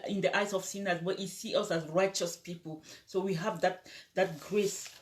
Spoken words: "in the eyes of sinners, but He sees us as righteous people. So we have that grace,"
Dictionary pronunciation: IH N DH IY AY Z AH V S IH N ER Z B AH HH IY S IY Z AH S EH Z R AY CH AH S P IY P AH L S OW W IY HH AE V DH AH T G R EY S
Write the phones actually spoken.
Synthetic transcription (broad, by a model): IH N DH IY AY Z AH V S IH N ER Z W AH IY S IY AH S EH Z R AY CH AH S P IY P AH L S OW W IY HH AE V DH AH T G R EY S